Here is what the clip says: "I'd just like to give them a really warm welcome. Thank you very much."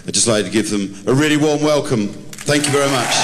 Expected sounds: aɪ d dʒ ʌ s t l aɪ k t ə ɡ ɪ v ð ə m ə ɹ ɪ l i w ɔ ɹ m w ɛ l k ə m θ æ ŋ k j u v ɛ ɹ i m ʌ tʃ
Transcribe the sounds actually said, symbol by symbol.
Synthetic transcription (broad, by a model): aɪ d dʒ ʌ s t l aɪ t t ə ɡ ɪ v ð ə m ə ɹ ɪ l i w ɔ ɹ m w ɛ l k ə m θ æ ŋ k j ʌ v ɛ ɹ i m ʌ tʃ